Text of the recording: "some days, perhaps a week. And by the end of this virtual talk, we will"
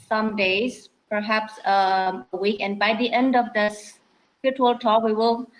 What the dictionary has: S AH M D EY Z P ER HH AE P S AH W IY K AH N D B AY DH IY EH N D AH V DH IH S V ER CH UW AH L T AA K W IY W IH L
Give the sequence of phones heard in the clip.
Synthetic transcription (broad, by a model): S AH M D EY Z P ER HH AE P S AH W IY K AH N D B AY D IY EH N D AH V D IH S F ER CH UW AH L T AA K W IY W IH L